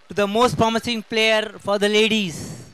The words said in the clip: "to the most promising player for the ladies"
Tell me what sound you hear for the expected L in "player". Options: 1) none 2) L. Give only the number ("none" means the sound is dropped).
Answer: 2